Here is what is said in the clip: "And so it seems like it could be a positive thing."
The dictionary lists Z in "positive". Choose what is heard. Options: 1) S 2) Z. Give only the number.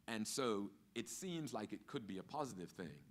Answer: 2